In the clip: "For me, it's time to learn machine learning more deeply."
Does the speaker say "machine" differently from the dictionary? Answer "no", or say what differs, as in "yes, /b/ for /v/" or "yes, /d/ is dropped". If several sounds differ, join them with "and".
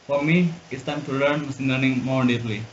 yes, /s/ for /ʃ/